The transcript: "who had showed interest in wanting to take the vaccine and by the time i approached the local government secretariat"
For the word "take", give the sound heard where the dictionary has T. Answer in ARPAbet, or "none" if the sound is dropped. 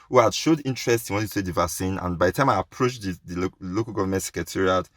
S